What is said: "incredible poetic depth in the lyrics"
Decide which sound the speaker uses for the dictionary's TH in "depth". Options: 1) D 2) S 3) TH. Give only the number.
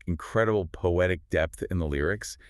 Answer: 3